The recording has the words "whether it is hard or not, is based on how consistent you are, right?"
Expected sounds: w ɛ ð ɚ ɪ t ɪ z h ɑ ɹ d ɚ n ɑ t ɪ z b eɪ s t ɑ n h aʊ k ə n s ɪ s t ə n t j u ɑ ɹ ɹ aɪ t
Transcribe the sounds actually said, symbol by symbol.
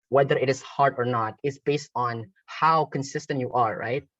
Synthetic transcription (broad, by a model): w ɛ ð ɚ ɪ t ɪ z h ɑ ɹ d ɚ n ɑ t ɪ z b eɪ s t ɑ n h aʊ k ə n s ɪ s t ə n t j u ɑ ɹ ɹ aɪ t